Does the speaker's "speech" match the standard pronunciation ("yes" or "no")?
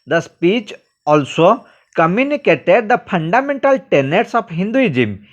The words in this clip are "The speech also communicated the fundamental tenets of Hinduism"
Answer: yes